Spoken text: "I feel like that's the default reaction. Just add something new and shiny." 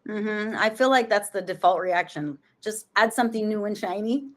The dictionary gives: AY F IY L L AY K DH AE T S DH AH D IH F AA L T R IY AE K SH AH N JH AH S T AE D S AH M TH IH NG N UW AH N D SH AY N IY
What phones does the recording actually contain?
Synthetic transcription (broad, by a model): AY F IY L L AY K DH AE T S DH AH D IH F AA L T R IY AE K SH AH N JH AH S T AE D S AH M TH IH NG N UW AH N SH AY N IY